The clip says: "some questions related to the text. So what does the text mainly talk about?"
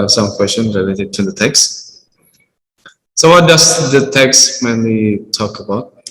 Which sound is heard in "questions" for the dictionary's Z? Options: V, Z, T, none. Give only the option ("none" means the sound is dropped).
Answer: none